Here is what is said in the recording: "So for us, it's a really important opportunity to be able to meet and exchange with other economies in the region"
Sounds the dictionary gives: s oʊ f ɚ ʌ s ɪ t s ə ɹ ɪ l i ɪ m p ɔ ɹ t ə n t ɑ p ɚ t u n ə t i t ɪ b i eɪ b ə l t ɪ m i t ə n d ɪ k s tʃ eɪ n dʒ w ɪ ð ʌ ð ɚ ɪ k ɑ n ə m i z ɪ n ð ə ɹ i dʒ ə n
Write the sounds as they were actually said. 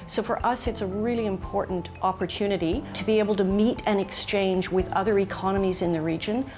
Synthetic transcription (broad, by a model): s oʊ f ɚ ʌ s ɪ t s ə ɹ ɪ l i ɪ m p ɔ ɹ t n t ɑ p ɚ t u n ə t i t ɪ b i eɪ b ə l t ɪ m i t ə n ɪ k s tʃ eɪ n dʒ w ɪ ð ʌ ð ɚ ɪ k ɑ n ə m i z ɪ n ð ə ɹ i dʒ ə n